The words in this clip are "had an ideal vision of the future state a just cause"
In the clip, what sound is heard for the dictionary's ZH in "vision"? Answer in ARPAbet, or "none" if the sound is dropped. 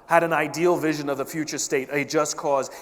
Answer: ZH